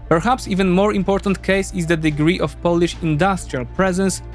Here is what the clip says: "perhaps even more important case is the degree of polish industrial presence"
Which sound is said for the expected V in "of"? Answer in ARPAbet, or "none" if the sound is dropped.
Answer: F